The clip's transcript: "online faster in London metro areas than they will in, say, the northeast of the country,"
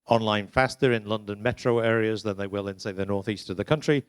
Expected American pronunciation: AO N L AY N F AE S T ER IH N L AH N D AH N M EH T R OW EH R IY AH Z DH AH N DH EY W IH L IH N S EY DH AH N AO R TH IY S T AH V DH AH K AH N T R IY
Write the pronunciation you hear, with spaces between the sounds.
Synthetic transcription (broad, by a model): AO N L AY N F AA S T ER IH N L AH N D AH N M EH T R OW EH R IY AH Z DH AH N DH EY W IH L IH N S EY DH AH N AO R TH IY S T AH V DH AH K AH N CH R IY